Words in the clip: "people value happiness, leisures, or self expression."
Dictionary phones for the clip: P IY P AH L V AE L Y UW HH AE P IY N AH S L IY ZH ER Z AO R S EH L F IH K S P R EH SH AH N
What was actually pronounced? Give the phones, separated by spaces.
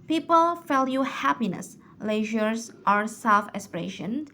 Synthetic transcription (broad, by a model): P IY P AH L F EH L Y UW HH AE P IY N AH S L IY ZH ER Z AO R S EH L F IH S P R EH SH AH N